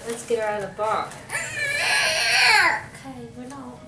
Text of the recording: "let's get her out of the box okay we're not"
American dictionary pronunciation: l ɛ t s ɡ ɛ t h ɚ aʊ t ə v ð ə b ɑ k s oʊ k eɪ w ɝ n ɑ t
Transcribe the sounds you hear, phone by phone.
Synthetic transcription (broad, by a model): l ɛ t s ɡ ɛ t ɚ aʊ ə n ð ə b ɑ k oʊ k eɪ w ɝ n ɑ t